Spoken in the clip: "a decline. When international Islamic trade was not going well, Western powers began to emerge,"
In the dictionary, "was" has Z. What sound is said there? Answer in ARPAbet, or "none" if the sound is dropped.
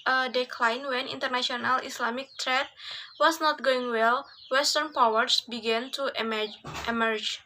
S